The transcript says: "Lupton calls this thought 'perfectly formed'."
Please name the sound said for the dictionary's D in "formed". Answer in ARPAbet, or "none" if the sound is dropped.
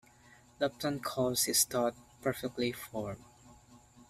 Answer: none